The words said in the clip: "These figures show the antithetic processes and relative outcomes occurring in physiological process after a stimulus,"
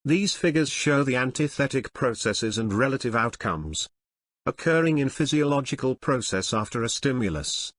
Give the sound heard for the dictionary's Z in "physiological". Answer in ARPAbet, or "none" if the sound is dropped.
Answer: Z